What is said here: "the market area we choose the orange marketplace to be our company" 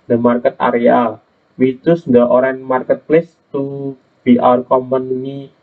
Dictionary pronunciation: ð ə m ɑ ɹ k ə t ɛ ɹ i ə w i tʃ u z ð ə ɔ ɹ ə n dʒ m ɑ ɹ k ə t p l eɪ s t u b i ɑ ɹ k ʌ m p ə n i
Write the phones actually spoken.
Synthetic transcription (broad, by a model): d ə m ɑ ɹ k ə t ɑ ɹ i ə w i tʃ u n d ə ɔ ɹ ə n m ɑ ɹ k ə t p l eɪ s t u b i ɑ ɹ k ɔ m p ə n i